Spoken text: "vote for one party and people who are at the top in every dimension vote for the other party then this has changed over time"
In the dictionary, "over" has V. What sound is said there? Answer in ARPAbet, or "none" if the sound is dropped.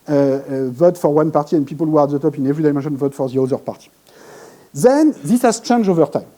V